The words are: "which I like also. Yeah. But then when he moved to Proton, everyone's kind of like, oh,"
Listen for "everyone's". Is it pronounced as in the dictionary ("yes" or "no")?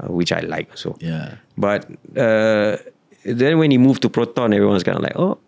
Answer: no